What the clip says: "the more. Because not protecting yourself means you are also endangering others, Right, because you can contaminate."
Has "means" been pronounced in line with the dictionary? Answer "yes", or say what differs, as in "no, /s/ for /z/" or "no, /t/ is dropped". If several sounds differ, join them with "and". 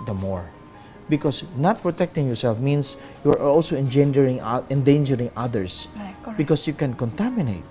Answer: no, /s/ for /z/